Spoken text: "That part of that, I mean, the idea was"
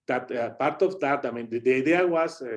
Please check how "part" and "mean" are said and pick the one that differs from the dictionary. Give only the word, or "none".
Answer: none